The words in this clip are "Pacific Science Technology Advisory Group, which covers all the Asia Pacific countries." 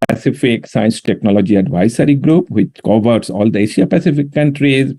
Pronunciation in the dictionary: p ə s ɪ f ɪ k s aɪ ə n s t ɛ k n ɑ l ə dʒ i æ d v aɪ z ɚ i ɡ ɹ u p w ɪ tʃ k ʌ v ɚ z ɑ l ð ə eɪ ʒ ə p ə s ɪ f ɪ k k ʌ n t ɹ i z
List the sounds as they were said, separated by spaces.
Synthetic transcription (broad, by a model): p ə s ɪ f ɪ k s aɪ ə n s t ɛ k n ɑ l ə dʒ i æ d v aɪ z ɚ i ɡ ɹ u p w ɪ tʃ k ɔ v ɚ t ɑ l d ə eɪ ʃ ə p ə s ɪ f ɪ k k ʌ n t ɹ i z